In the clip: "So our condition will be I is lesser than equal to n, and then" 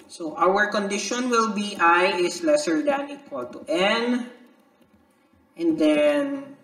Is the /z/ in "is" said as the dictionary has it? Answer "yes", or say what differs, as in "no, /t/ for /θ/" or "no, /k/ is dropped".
no, /s/ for /z/